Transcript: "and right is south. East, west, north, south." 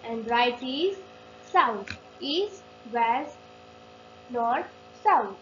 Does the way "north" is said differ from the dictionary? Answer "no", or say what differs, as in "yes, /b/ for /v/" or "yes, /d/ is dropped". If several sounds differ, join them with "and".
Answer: yes, /t/ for /θ/